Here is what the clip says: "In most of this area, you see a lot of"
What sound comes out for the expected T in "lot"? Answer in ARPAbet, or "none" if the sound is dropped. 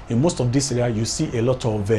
T